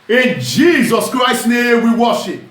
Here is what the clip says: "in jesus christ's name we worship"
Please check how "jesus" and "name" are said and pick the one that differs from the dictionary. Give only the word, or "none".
none